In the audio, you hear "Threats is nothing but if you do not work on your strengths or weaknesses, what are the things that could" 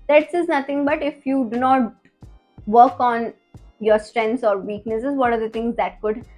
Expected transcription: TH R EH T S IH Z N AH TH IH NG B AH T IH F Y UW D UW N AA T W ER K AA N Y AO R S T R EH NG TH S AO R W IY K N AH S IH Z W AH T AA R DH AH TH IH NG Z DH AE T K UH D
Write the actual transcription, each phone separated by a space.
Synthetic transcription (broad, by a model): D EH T S IH Z N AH T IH NG B AH T IH F Y UW D UW N AA T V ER K AA N Y AO R S T R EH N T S AO R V IY K N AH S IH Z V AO T AA R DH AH T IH NG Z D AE T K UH D